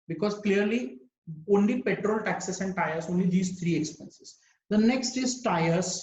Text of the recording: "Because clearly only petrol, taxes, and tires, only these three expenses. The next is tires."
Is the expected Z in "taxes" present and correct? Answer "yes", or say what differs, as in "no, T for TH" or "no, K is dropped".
no, S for Z